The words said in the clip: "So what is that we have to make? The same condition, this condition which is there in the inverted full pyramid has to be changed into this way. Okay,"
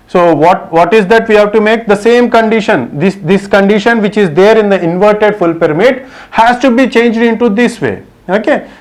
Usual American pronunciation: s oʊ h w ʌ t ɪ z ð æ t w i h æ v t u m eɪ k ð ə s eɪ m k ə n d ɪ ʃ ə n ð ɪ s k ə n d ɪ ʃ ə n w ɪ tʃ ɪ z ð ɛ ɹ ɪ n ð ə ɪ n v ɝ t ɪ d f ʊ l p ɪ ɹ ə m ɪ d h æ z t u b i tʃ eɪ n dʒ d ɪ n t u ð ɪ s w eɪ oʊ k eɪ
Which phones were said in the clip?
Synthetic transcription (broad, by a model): s oʊ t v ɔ t ɪ z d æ t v i h æ v t u m eɪ k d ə s eɪ m k ə n d ɪ ʃ ə n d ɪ s k ə n d ɪ ʃ ə n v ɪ tʃ ɪ z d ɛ ɹ ɪ n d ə ɪ n v ɝ t ɪ d f ʊ l p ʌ ɹ m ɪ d h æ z t u b i tʃ eɪ n dʒ d ɪ n t u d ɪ s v eɪ oʊ k eɪ